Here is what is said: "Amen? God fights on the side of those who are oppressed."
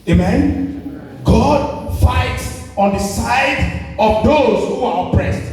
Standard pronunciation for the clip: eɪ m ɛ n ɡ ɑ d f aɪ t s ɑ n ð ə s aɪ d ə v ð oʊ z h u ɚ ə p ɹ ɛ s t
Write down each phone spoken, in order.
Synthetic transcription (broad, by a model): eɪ m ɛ n ɡ ɑ d f aɪ t s ɑ n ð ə s aɪ d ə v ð oʊ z h u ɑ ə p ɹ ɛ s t